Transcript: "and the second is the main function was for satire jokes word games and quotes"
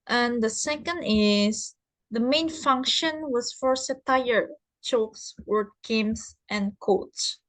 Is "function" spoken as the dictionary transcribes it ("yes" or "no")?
yes